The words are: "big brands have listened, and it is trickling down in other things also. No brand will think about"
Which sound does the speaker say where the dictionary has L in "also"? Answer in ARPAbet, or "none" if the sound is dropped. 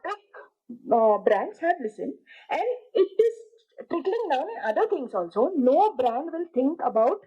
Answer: L